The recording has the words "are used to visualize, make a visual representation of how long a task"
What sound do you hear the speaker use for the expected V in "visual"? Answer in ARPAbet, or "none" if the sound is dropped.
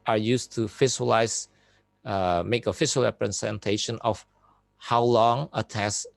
F